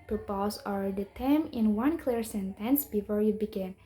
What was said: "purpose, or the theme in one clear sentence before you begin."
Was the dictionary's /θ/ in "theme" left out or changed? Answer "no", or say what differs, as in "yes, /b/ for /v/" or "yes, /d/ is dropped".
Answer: yes, /t/ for /θ/